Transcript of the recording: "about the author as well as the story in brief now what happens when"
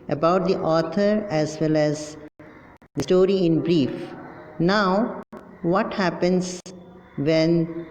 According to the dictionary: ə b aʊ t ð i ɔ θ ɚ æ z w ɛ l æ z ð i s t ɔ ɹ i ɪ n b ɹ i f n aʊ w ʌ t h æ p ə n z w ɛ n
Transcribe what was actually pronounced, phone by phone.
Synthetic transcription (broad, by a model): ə b aʊ t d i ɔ t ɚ æ z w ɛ l æ z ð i s t ɔ ɹ i ɪ n b ɹ i f n aʊ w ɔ t h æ p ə n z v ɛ n